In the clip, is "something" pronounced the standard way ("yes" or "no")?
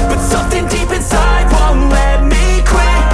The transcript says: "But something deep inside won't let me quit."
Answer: yes